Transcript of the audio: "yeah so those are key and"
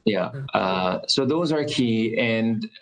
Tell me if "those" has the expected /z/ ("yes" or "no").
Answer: yes